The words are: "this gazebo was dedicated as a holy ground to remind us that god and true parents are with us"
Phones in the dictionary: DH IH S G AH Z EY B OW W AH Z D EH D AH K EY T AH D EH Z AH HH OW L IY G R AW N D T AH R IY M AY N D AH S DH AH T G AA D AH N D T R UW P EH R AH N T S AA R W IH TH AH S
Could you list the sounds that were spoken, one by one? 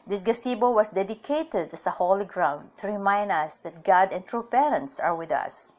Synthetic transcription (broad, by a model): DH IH S G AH S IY B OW W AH S D EH D AH K EY T AH D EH S AH HH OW L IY G R AW N D T AH R IY M AY N D AH S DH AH T G AA D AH N T R UW P EH R AH N T S AA R W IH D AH S